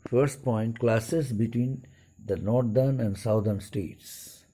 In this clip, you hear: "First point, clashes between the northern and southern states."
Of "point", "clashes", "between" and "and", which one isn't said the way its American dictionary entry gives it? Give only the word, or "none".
clashes